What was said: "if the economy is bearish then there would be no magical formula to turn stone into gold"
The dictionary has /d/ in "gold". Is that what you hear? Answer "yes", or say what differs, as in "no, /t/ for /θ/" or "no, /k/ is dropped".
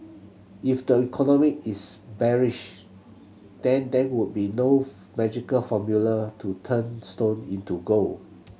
no, /d/ is dropped